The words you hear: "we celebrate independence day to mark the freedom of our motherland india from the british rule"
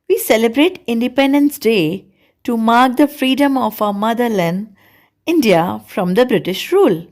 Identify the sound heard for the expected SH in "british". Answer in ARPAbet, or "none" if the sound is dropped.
SH